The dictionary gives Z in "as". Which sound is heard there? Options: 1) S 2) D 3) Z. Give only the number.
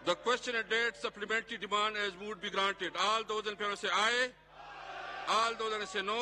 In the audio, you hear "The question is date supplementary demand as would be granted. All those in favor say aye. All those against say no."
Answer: 3